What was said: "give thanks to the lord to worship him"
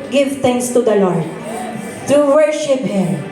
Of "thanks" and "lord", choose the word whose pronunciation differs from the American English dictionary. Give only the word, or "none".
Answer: thanks